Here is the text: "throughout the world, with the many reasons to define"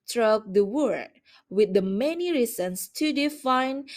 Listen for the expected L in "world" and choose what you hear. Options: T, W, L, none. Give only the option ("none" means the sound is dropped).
none